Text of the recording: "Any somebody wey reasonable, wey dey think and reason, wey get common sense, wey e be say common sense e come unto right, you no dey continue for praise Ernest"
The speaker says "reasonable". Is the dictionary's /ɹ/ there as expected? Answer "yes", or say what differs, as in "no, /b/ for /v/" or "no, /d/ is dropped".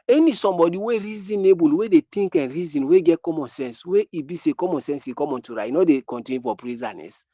yes